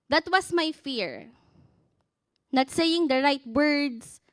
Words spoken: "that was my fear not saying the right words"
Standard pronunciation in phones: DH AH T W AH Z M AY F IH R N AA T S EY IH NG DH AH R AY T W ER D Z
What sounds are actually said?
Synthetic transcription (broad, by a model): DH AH T W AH S M AY F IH R N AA T S EY IH NG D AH R AY T W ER D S